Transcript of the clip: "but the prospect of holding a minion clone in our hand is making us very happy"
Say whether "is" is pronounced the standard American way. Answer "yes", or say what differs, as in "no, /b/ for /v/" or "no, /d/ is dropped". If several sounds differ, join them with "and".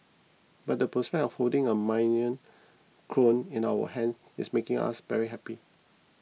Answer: no, /s/ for /z/